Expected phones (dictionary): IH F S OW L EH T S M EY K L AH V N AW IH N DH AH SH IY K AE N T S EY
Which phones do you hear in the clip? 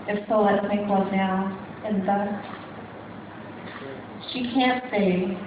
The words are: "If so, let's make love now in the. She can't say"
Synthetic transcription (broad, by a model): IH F S OW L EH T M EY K W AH N AW IH N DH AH SH IY K AE N T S EY